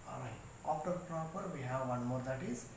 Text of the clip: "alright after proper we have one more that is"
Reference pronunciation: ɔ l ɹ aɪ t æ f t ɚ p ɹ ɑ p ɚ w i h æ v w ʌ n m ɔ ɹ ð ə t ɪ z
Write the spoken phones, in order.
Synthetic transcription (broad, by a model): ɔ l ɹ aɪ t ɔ p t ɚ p ɹ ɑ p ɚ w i h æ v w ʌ n m ɔ ɹ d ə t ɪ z